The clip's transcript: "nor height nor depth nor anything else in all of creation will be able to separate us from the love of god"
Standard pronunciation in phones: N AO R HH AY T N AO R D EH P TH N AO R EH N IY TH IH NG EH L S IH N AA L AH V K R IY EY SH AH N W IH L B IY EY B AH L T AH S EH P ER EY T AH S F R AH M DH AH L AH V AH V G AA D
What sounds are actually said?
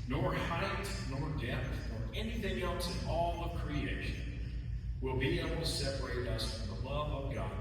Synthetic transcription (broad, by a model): N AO R HH AY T N AO R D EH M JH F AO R EH N IY TH IH NG EH L S IH N AA L AH V K R IY EY SH AH N W IH L B IY EY B L T AH S EH P ER EY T AH S F R AH M DH AH L AH V AH V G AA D